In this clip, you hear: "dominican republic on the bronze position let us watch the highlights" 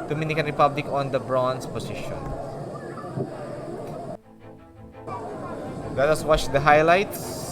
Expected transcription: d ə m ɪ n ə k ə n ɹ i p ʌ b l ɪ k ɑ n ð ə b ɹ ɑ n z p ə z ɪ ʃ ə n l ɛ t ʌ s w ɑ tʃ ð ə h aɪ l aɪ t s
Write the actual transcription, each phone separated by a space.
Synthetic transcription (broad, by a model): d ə m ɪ n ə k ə n ɹ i p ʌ b l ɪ k ɑ n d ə b ɹ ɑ n s p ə s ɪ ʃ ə n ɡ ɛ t ʌ s w ɑ tʃ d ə h aɪ l aɪ t s